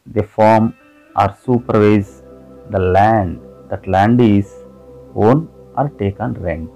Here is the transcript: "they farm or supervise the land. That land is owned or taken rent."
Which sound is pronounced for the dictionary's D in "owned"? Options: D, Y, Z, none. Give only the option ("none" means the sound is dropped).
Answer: none